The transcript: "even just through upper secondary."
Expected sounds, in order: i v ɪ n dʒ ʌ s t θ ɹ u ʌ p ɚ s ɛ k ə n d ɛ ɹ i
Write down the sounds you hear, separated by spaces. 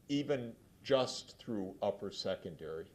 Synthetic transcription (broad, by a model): i v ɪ n dʒ ʌ s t θ ɹ u ʌ p ɚ s ɛ k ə n d ɛ ɹ i